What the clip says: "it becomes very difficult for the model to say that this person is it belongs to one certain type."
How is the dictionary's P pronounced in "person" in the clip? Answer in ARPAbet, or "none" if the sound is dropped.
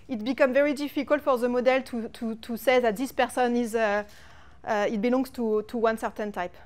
P